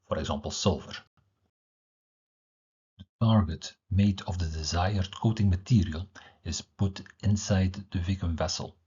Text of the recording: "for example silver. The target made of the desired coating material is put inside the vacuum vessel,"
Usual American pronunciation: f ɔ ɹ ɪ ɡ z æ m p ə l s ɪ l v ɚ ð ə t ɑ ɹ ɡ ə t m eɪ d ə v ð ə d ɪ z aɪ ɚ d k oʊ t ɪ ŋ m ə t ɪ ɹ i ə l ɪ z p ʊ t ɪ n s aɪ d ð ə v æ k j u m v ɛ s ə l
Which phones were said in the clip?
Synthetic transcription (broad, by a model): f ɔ ɹ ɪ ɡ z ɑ m p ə l s ɪ l v ɚ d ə t ɑ ɹ ɡ ə t m eɪ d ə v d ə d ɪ z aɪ ɚ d k oʊ t ɪ ŋ m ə t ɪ ɹ i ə l ɪ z p ʊ t ɪ n s aɪ d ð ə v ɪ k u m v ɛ s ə l